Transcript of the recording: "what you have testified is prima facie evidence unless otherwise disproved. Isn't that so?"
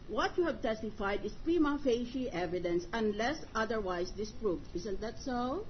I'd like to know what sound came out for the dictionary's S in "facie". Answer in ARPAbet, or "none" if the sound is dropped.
SH